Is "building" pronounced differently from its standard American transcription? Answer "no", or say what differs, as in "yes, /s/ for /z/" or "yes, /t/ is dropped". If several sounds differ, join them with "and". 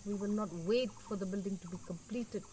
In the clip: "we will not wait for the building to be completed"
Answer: no